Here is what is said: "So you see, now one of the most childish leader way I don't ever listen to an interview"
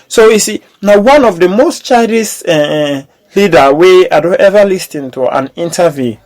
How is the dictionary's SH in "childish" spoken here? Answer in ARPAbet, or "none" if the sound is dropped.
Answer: S